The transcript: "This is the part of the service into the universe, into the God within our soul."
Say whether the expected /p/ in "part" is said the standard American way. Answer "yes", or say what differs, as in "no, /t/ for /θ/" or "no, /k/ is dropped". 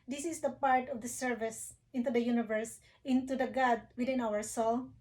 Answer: yes